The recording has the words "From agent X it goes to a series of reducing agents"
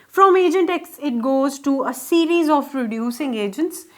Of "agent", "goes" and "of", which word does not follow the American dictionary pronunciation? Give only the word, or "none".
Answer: of